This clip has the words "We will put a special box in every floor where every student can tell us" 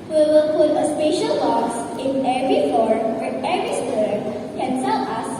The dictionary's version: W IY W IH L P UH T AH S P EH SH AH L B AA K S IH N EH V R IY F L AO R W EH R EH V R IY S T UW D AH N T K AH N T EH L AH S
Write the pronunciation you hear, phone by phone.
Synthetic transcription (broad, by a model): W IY W IH L P UH T AH S P EH SH AH L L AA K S IH N EH V R IY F AO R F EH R EH V R IY S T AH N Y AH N S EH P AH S